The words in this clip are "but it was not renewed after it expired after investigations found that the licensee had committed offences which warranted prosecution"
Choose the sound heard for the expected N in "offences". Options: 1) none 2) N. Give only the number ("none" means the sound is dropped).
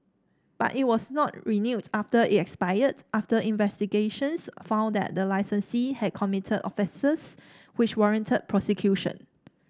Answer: 1